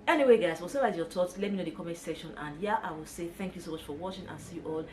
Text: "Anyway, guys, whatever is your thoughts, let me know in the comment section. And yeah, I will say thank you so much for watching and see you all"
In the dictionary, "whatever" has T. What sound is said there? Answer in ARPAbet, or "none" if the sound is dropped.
S